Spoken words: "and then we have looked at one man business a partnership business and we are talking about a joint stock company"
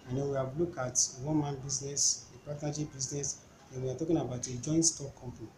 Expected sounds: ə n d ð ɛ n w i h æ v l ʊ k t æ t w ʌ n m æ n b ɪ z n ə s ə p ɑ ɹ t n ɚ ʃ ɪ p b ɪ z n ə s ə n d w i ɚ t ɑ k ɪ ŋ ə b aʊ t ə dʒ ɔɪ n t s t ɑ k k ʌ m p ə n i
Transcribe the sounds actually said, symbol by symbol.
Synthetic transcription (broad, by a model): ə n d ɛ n w i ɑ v l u k ɑ t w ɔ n m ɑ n b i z n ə s ə p ɑ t n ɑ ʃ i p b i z n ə s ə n w i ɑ t ɑ k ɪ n ə b aʊ t ə dʒ ɔɪ n t s t ɑ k k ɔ m p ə n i